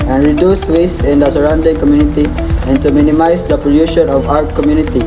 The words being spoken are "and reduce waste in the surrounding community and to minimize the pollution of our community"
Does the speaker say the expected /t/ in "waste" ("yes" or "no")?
yes